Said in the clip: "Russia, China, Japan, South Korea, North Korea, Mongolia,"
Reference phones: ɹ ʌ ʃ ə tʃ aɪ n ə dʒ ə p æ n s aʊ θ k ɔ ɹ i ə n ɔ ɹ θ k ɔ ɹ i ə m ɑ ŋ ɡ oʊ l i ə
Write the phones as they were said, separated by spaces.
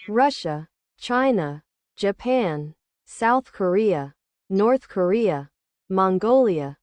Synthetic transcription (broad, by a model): ɹ ʌ ʃ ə tʃ aɪ n ə dʒ ə p æ n s aʊ θ k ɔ ɹ i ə n ɔ ɹ θ k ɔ ɹ i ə m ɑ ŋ ɡ oʊ l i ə